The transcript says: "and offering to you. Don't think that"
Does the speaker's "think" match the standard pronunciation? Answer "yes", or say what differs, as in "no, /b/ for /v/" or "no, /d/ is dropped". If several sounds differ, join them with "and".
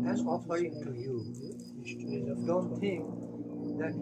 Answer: no, /t/ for /θ/